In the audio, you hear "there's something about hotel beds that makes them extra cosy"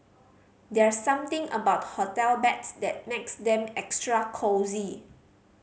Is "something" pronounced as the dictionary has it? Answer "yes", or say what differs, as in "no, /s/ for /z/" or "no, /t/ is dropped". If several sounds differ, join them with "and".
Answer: no, /t/ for /θ/